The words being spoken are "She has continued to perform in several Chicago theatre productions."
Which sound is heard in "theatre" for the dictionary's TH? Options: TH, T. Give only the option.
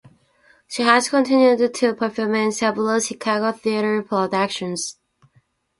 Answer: TH